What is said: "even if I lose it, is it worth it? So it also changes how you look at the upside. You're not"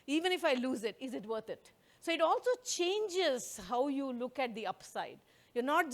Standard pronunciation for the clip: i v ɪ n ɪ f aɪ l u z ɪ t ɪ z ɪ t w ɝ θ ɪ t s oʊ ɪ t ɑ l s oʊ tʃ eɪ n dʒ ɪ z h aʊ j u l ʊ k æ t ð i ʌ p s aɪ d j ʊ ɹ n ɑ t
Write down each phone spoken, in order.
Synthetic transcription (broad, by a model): i v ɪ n ɪ f aɪ l u z ɪ t ɪ z ɪ t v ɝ t ɪ t s oʊ ɪ t ɑ l s oʊ tʃ eɪ n dʒ ɪ z h aʊ j u l ʊ k æ t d i ʌ p s aɪ d j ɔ ɹ n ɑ t